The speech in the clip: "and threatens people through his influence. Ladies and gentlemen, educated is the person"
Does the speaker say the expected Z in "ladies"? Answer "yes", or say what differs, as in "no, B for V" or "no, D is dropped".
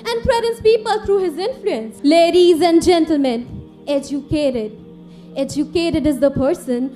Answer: yes